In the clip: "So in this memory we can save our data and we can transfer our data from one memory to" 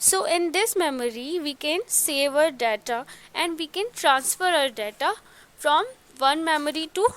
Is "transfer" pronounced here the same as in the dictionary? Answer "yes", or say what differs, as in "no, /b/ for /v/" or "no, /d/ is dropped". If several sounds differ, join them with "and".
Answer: yes